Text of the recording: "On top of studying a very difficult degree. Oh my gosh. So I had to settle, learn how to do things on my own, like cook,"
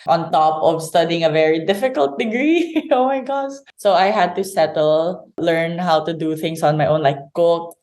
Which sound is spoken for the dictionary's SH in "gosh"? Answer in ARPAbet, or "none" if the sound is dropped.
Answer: S